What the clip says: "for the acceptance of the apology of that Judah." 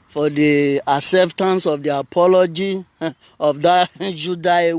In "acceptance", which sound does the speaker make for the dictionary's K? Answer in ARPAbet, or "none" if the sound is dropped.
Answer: none